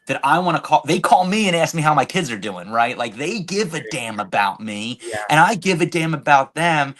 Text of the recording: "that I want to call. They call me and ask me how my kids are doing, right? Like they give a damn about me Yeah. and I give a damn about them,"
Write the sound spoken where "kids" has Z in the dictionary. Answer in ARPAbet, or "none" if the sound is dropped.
Z